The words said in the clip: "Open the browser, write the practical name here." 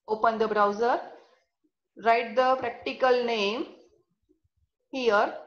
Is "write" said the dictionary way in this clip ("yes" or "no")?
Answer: yes